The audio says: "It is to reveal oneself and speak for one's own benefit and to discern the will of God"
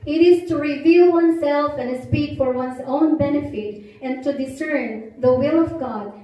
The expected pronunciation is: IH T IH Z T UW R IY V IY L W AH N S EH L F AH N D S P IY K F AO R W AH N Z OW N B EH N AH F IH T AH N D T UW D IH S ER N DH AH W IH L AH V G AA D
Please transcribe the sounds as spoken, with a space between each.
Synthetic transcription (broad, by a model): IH T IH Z T UW R IY V IY L W AH N S EH L F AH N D S P IY K F AO R W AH N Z OW N B EH N AH F IH T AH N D T UW D IH S ER N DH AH W IH L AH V G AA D